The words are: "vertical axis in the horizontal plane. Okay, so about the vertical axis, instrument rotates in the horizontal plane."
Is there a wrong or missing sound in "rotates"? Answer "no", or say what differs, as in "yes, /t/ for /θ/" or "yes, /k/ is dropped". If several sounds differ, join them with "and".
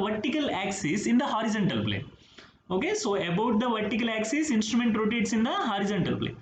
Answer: no